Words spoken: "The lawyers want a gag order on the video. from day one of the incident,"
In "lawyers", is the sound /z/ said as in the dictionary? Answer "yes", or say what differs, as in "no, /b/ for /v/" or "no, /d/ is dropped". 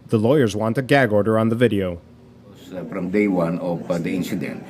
yes